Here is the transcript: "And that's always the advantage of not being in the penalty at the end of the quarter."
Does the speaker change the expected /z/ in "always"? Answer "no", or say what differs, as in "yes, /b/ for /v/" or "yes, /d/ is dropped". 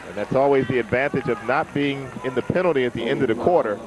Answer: no